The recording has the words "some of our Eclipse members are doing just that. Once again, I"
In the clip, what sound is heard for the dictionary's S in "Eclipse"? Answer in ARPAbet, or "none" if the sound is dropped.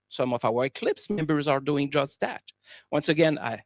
S